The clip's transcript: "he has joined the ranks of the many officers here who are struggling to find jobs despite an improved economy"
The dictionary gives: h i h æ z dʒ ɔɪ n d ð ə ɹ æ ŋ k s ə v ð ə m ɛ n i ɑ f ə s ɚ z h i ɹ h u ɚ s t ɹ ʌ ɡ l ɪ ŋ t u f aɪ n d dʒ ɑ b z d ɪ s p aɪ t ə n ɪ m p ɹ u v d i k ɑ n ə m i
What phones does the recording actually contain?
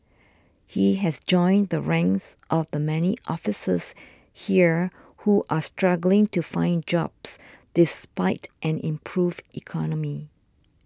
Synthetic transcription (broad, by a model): h i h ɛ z dʒ ɔɪ n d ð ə ɹ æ ŋ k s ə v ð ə m ɛ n i ɑ f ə s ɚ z h i ɹ h u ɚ s t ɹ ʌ ɡ l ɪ ŋ t u f aɪ n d dʒ ɑ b s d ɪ s p aɪ t ə n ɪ m p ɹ u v i k ɑ n ə m i